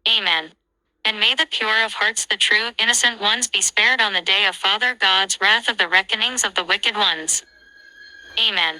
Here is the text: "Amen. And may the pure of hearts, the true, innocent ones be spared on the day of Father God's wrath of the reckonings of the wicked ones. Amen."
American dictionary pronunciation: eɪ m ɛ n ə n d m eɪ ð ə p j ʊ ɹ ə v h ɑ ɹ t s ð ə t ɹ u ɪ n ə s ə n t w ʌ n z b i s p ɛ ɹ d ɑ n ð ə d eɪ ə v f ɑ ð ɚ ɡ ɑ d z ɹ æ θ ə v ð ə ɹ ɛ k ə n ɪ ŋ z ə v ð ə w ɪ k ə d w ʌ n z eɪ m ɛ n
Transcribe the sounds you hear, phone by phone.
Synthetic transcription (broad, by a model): eɪ m ɛ n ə n m eɪ ð ə p j ʊ ɹ ə v h ɑ ɹ t s ð ə t ɹ u ɪ n ə s ə n t w ʌ n z b i s p ɛ ɹ d n ð ə d eɪ ə v f ɑ ð ɚ ɡ ɑ d z ɹ æ θ ə v ð ə ɹ ɛ k ə n ɪ ŋ z ə v ð ə w ɪ k ə d w ʌ n z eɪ m ɛ n